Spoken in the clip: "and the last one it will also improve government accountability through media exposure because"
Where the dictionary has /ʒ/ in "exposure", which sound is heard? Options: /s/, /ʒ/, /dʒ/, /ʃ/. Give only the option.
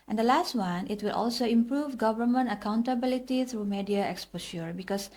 /ʃ/